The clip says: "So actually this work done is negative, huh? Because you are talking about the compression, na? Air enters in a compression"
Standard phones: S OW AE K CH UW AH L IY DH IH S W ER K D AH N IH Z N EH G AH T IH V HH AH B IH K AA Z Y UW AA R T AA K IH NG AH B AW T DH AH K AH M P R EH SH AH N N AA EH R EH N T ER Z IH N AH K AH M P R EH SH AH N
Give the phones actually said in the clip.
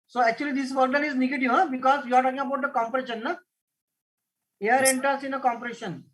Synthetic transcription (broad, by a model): S OW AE K CH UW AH L IY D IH S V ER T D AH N IH Z N EH G AH T IH V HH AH B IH K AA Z Y UW AA R T AA K IH NG AH B AW T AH K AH M P R EH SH AH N N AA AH R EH N T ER S IH N AH K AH M P R EH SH AH N